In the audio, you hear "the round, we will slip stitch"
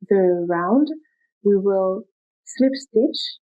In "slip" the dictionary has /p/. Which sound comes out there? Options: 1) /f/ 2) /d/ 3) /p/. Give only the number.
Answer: 3